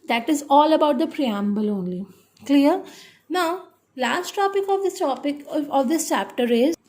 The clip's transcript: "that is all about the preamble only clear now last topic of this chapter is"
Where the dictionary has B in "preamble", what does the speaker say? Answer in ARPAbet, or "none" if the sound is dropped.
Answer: B